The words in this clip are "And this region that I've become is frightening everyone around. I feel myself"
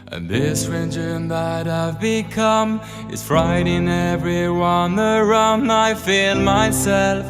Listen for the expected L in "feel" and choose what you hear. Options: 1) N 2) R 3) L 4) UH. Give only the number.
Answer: 3